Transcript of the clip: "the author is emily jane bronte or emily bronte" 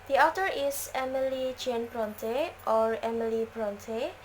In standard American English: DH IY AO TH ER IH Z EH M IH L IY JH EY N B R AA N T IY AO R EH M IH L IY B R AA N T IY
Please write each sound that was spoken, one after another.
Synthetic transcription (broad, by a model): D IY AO T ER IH S EH M IH L IY JH EY N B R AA N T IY AO R EH M IH L IY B R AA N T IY